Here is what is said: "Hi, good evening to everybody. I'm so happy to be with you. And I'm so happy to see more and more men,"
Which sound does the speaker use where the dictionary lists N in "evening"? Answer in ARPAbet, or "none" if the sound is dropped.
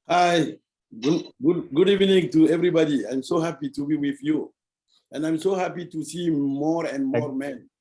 N